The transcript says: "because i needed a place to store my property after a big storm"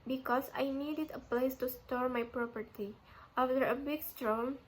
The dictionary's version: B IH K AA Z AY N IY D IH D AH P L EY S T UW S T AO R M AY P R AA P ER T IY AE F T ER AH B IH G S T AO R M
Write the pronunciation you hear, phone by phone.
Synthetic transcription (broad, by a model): B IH K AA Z AY N IY D IH D AH P L EY S T UW S T AO R M AY P R AA P ER T IY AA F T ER AH B IH G S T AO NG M